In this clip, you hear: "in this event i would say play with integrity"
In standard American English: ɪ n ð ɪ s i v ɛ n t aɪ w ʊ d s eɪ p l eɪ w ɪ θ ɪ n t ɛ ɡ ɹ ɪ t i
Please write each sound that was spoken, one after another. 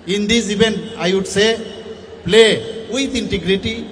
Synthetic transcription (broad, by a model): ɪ n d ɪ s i b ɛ n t aɪ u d s eɪ p l eɪ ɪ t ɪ n t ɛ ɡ ɹ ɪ t i